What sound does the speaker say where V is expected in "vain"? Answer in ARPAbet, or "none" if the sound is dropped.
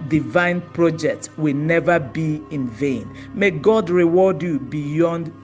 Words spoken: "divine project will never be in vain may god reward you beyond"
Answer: V